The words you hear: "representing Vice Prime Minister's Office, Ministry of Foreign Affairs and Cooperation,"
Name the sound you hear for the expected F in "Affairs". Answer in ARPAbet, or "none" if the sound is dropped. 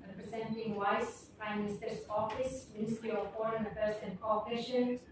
P